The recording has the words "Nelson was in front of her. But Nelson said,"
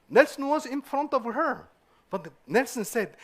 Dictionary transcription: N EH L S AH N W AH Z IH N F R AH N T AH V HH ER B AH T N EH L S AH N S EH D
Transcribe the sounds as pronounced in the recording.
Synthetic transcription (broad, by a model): N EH L S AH N W AH Z IH N F R AH N T AH V HH ER B AH T N EH L S AH N S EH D